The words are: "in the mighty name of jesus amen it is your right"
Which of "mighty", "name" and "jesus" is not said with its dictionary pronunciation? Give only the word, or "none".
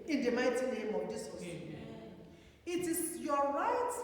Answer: jesus